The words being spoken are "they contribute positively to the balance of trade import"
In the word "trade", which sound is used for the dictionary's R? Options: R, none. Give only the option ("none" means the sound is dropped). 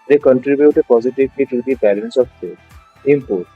none